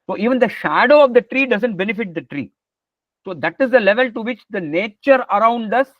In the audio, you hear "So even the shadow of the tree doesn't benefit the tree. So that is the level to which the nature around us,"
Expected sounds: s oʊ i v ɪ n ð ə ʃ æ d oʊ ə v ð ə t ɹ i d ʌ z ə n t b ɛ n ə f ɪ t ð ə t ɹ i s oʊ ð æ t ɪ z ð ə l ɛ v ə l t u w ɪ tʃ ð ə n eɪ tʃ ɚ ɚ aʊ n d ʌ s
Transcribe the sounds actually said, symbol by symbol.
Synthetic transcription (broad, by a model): s oʊ i v ɪ n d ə ʃ æ d oʊ ə v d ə t ɹ i d ʌ z ə n t b ɛ n ə f ɪ t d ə t ɹ i s oʊ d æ t ɪ z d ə l ɛ v ə l t u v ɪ tʃ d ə n eɪ tʃ ɚ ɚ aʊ n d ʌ s